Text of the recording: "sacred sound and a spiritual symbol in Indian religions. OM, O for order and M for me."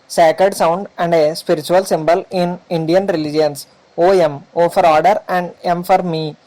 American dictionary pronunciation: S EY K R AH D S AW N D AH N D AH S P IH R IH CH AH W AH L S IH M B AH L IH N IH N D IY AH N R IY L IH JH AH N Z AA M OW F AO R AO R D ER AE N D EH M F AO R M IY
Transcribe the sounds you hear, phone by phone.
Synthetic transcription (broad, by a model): S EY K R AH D S AW N D AH N D AH S P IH R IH CH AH AH L S IH M B AH L IH N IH N D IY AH N R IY L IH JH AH N S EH M OW F AO R AO R D ER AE N D EH M F AO R M IY